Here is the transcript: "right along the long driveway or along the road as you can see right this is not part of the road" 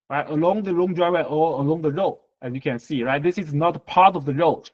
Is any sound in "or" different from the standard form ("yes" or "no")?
yes